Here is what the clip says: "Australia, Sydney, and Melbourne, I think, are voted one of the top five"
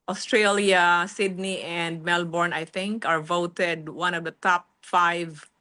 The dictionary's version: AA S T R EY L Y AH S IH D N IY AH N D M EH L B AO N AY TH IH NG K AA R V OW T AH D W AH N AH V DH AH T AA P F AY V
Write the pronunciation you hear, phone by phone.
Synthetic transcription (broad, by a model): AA S T R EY L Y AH S IH D N IY AH N D M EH L B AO N AY TH IH NG K AA R V OW T AH D W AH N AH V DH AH T AA P F AY V